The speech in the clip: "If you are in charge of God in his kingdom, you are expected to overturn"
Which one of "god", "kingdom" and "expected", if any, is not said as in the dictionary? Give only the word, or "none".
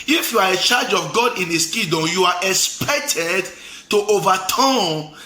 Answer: kingdom